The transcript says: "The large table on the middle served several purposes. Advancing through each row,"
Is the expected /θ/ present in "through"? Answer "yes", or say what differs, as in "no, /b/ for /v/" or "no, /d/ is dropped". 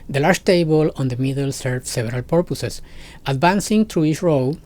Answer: no, /t/ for /θ/